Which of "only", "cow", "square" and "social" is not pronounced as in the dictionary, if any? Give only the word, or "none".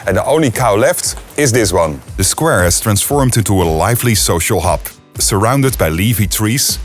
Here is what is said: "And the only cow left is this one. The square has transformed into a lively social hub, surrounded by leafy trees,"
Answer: none